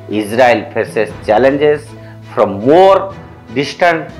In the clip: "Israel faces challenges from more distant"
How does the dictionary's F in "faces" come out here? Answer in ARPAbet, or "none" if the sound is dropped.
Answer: P